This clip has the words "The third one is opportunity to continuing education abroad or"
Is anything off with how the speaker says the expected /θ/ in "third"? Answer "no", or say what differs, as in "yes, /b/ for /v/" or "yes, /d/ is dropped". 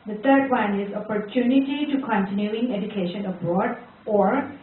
yes, /t/ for /θ/